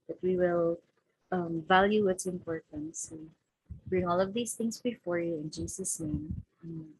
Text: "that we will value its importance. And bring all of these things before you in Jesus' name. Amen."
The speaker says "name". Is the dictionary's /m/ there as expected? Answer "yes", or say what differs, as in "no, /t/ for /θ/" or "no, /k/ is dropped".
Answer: no, /m/ is dropped